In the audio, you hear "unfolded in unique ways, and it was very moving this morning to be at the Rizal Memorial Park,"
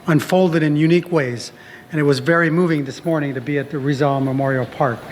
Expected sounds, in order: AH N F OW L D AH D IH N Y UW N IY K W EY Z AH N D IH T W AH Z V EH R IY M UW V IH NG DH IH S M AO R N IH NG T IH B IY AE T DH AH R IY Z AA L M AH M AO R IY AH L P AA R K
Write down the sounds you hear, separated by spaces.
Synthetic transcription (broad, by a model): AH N F OW L D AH D IH N Y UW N IY K W EY Z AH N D IH T W AH Z V EH R IY M UW V IH NG DH IH S M AO R N IH NG T IH B IY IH T DH AH R IY Z AA L M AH M AO R IY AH L P AA R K